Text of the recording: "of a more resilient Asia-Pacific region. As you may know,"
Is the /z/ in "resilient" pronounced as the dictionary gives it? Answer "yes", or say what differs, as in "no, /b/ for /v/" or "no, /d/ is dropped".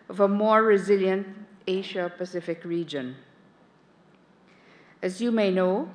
yes